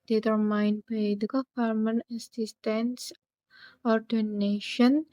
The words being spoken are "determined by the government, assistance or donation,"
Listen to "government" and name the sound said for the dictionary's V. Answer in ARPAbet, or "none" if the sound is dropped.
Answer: F